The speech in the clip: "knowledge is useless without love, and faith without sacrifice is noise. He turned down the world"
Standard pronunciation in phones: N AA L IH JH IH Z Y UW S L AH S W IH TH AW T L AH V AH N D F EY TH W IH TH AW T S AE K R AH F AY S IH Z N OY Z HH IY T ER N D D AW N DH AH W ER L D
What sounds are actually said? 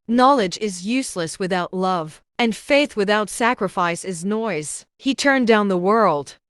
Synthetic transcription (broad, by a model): N AA L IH JH IH Z Y UW S L AH S W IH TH AW T L AH V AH N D F EY TH W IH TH AW T S AE K R AH F AY S IH Z N OY Z HH IY T ER N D D AW N DH AH W ER L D